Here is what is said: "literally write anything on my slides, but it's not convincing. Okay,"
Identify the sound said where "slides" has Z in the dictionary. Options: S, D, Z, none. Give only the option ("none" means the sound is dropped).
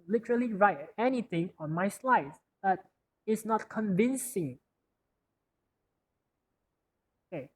none